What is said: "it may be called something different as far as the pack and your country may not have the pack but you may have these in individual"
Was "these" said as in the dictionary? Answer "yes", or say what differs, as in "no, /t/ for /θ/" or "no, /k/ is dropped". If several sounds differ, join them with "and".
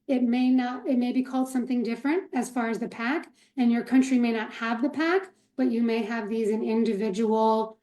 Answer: yes